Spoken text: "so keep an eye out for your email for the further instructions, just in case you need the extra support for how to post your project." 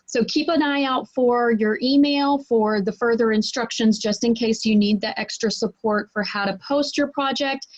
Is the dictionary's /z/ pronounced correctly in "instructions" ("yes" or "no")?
yes